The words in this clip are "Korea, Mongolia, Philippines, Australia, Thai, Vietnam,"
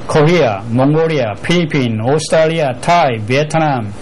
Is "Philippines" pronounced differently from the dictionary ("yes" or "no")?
yes